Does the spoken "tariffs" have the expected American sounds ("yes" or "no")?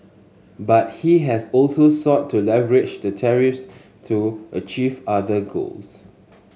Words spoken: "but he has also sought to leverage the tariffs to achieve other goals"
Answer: yes